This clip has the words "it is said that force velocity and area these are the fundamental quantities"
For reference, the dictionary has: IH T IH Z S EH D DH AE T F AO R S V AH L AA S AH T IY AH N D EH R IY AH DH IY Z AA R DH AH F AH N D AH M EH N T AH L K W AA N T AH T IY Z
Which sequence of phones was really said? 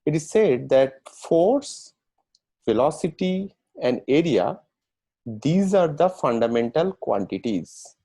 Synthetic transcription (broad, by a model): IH T IH Z S EH D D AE T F AO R S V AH L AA S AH T IY AH N D EH R IY AH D IY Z AA R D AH F AH N D AH M EH N T AH L K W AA N T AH T IY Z